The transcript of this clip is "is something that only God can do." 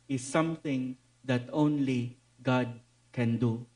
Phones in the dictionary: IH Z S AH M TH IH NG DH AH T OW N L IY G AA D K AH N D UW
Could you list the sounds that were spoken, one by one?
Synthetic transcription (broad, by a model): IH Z S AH M T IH NG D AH T OW N L IY G AA D K AH N D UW